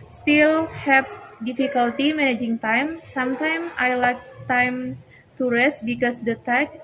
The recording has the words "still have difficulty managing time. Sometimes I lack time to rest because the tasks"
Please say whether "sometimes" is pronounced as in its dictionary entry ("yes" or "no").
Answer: no